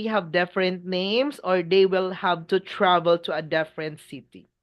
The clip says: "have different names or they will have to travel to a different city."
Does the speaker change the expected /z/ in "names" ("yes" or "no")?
yes